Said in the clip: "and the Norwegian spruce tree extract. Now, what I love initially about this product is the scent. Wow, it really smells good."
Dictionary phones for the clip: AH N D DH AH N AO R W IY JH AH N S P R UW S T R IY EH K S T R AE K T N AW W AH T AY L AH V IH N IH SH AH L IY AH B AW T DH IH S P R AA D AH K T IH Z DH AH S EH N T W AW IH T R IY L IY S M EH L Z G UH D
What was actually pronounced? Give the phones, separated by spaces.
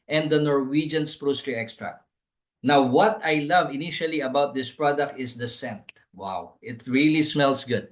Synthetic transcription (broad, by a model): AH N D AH N AO R W IY JH AH N S P R UW S T R IY EH K S T R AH N AW W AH T AY L AH V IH N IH SH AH L IY AH B AW T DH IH S P R AA D AH K T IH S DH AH S EH N T W AW IH T R IY L IY S M EH L S G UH D